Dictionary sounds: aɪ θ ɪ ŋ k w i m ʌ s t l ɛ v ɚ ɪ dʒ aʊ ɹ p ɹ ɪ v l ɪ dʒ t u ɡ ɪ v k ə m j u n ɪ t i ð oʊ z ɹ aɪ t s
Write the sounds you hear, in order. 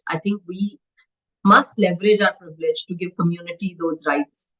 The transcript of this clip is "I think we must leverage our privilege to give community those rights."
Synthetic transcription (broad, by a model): aɪ t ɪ ŋ k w i m ʌ s t l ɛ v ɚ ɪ dʒ aʊ ɹ p ɹ ɪ v l ɪ dʒ t u ɡ ɪ v k ə m j u n ɪ t i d oʊ z ɹ aɪ t s